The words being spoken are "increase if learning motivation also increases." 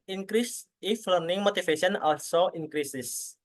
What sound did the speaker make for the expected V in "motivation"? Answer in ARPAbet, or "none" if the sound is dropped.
F